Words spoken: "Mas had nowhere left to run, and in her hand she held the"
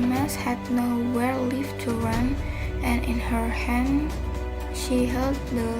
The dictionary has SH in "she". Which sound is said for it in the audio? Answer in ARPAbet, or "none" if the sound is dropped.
SH